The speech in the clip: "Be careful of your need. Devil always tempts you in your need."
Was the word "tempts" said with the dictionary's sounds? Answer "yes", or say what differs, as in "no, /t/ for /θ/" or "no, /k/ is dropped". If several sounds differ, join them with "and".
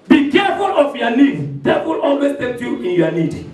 no, /s/ is dropped